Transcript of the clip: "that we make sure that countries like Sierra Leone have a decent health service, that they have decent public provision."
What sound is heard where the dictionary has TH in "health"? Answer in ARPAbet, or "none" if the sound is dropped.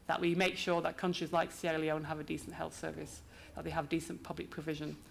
TH